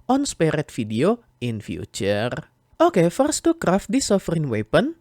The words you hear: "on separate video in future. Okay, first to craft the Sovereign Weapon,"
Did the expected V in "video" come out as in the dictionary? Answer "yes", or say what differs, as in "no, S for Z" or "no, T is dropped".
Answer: no, F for V